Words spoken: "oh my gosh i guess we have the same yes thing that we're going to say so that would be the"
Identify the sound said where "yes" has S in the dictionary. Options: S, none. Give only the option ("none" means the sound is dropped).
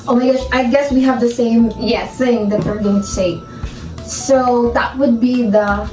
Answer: none